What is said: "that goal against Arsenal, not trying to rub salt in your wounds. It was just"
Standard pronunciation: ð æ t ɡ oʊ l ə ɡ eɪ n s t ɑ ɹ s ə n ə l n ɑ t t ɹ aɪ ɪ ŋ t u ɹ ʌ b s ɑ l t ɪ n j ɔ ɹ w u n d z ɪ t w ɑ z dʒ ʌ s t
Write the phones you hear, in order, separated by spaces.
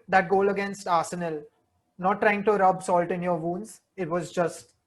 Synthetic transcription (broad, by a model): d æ t ɡ oʊ l ə ɡ eɪ n s t ɑ ɹ s ə n ə l n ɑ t t ɹ aɪ ɪ ŋ t u ɹ ʌ b s ɑ l t ɪ n j ɔ ɹ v u n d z ɪ t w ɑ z dʒ ʌ s t